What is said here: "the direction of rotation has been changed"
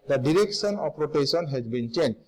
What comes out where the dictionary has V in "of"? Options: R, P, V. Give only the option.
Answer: P